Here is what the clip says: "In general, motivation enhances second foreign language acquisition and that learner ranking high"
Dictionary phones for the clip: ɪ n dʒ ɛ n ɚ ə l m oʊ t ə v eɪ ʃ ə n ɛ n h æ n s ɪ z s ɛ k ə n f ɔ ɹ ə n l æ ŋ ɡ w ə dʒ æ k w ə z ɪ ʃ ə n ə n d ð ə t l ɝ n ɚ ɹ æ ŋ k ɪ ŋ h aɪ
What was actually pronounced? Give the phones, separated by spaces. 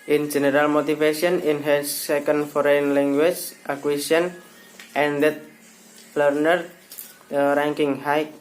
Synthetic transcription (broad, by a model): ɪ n dʒ ɛ n ɚ ə l m oʊ t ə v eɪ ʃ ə ɛ n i n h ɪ s ɛ k ə n f ɔ ɹ ə n l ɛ ŋ ɡ w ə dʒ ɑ k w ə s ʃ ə n ə n d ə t l ɝ n ɚ ɹ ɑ ŋ k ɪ ŋ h aɪ